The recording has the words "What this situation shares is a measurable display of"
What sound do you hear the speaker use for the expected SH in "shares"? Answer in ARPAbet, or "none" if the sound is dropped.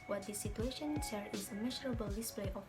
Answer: S